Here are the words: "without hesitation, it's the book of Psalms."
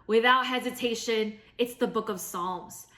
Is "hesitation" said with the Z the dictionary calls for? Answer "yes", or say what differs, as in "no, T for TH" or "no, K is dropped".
yes